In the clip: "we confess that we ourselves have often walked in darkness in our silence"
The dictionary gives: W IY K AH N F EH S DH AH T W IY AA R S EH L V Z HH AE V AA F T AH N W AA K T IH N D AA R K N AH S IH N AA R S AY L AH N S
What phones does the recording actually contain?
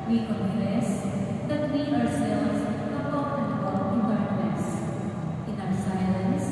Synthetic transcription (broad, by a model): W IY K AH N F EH S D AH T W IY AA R S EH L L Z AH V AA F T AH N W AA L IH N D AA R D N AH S IH N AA W S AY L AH N S